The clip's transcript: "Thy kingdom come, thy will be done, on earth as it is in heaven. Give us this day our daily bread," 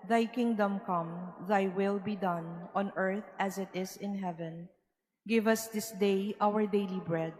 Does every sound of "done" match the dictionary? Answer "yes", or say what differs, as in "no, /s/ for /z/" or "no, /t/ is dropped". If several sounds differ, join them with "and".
yes